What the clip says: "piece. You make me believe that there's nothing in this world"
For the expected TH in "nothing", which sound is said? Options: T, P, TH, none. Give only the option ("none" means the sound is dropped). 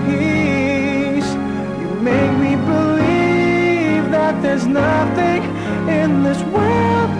TH